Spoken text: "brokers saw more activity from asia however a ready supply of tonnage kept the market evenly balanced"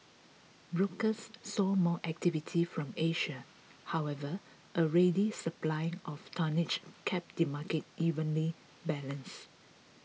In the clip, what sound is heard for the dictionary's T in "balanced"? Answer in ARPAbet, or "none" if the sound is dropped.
none